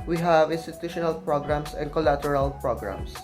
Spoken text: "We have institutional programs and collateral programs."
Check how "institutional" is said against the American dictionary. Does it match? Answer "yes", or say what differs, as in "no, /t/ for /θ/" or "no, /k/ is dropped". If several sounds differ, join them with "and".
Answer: yes